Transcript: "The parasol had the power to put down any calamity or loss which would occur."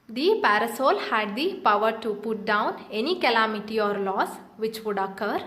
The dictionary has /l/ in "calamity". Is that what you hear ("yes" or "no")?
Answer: yes